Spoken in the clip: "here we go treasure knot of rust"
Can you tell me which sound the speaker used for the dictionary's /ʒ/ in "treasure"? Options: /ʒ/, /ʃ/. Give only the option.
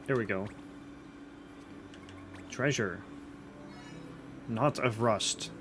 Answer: /ʒ/